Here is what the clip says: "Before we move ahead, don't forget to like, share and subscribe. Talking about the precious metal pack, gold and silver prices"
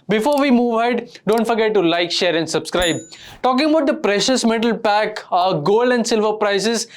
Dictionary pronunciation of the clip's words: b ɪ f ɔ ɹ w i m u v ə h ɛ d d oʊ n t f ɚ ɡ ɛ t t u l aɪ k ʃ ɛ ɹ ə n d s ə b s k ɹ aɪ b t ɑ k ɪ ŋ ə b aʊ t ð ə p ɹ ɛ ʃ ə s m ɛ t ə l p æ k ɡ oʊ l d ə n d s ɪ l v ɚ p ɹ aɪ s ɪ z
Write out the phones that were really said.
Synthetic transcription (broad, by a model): b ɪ f ɔ ɹ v i m u v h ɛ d d oʊ n t f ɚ ɡ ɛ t t u l aɪ k ʃ ɛ ɹ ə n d s ə b s k ɹ aɪ b t ɑ k ɪ ŋ ə b aʊ t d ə p ɹ ɛ ʃ ə s m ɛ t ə l p æ k ɡ oʊ l d ə n d s ɪ l v ɚ p ɹ aɪ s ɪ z